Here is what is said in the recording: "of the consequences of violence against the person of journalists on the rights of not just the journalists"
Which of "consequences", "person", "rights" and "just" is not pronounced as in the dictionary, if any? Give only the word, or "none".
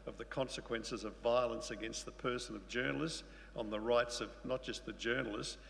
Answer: none